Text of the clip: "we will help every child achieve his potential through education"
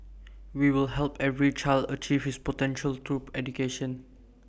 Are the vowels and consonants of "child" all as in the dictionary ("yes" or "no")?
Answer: yes